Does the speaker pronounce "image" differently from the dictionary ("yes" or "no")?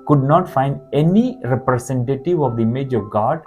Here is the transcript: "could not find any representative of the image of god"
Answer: no